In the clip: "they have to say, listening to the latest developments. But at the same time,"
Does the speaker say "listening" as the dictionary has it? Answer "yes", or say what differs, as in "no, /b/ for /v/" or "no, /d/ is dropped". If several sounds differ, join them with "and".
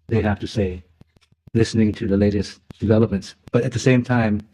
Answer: yes